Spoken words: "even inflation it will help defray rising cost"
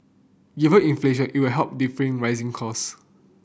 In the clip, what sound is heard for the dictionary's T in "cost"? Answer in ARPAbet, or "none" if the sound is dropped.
none